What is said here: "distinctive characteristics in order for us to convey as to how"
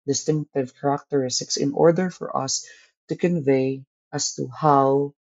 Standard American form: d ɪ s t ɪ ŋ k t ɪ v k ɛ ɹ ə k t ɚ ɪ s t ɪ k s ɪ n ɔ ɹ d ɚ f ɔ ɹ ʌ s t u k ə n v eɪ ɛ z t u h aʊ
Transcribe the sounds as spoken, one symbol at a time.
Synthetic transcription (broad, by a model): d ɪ s t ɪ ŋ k t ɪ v k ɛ ɹ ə k t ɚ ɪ s t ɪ k s ɪ n ɔ ɹ d ɚ f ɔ ɹ ʌ s t u k ə n v eɪ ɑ s t u h aʊ